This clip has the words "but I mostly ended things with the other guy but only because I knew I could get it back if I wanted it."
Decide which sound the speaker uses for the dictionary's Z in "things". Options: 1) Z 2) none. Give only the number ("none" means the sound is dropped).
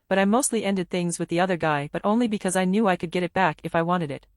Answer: 1